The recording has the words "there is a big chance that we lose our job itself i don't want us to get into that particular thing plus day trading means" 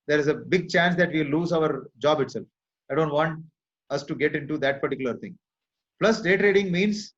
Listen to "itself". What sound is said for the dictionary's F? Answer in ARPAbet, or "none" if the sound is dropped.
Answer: F